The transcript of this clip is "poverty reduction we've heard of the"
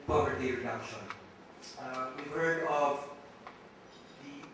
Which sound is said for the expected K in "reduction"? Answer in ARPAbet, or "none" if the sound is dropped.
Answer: none